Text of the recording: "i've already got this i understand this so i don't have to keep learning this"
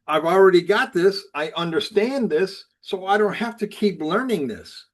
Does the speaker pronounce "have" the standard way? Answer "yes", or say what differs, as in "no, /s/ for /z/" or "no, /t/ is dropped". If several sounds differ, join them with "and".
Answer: no, /f/ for /v/